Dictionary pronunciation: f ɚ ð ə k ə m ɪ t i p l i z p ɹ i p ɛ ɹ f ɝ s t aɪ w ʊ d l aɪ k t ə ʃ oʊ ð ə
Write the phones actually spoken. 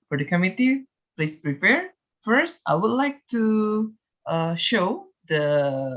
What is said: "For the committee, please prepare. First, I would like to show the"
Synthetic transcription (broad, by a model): f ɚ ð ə k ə m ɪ t i p l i s p ɹ i p ɛ ɹ f ɝ s t aɪ w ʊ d l aɪ k t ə ʃ oʊ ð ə